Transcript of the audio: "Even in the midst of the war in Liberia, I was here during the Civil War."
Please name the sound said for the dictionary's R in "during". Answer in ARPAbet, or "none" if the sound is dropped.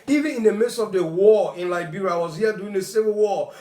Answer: none